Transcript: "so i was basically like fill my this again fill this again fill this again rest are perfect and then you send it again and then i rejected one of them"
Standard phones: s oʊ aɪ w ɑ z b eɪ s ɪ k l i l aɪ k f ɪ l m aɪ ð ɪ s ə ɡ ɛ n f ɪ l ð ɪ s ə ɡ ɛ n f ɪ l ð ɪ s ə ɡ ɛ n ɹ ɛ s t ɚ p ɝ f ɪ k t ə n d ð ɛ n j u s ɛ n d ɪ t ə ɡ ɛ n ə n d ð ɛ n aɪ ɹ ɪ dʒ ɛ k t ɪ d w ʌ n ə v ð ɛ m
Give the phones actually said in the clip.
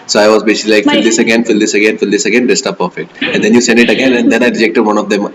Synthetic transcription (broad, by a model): s oʊ aɪ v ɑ z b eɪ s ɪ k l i l aɪ k f ɪ l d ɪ s ə ɡ ɛ n f ɪ l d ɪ s ə ɡ ɛ n f ɪ l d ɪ s ə ɡ ɛ n ɹ ɛ s t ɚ p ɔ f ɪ t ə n d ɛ n j u s ɛ n d ɪ t ə ɡ ɛ n ə n d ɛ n aɪ ɹ ɪ dʒ ɛ k t ɪ d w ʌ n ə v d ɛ m